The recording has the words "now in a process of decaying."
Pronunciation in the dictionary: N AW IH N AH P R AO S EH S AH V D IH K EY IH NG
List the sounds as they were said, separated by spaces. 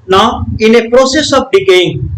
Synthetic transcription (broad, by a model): N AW IH N AH P R AO S EH S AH P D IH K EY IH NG